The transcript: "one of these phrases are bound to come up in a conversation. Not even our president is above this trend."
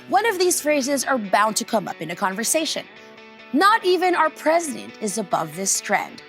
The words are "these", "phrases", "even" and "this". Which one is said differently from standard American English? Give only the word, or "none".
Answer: none